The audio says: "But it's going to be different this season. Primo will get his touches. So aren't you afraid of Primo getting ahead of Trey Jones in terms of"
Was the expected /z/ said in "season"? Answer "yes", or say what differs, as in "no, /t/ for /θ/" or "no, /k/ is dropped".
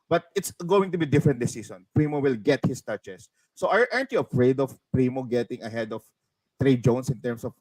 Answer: no, /s/ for /z/